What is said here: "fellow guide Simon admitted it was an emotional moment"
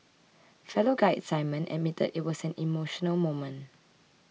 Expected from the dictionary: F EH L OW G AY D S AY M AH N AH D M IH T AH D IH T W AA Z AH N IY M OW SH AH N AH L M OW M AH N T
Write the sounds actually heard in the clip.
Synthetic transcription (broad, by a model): F EH L OW G AY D S AY M AH N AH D M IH T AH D IH T W AA S AH N IY M OW SH AH N AH L M OW M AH N